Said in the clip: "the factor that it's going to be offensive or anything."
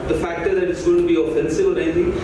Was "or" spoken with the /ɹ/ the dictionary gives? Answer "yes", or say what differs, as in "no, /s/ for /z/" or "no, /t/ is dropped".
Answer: no, /l/ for /ɹ/